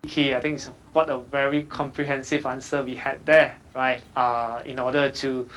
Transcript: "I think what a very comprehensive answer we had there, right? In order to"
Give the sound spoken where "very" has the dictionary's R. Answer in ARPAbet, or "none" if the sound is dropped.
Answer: R